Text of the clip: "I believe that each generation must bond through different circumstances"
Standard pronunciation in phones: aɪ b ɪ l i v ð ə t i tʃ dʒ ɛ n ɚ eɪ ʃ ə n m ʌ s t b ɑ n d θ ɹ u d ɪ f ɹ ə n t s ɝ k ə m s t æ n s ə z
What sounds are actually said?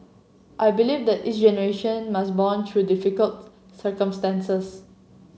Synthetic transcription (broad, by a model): aɪ b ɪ l i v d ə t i s dʒ ɛ n ɚ eɪ ʃ ə n m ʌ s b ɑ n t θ ɹ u d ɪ f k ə l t s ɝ k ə m s t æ n s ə s